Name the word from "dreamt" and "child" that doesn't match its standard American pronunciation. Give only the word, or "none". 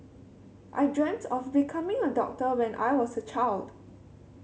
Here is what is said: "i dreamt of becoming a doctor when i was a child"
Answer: none